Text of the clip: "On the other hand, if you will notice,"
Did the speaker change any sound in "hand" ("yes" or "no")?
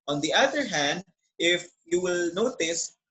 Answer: no